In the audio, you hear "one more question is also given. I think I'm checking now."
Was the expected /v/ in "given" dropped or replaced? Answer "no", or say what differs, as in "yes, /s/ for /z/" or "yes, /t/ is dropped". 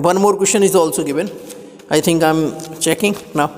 yes, /b/ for /v/